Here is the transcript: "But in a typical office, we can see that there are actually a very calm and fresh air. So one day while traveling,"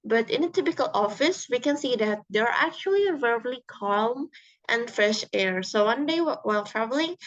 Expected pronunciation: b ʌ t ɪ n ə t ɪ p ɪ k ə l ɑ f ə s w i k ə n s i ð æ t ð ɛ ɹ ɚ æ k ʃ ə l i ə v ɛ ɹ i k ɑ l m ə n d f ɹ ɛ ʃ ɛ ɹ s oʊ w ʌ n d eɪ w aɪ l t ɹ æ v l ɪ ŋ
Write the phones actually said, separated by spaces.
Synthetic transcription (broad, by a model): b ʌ t ɪ n ə t ɪ p ɪ k ə l ɑ f ə s w i k ə n s i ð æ t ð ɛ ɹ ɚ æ k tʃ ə l i ə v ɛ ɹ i k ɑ l m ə n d f ɹ ɛ ʃ ɛ ɹ s oʊ w ʌ n d eɪ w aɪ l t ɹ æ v l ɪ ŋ